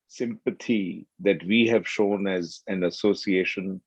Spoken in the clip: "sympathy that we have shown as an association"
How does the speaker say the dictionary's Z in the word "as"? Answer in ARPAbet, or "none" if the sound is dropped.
Z